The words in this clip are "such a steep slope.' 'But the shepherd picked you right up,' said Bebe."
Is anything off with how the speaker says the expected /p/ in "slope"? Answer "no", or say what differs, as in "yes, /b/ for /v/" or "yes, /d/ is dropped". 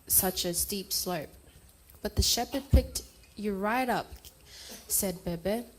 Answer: no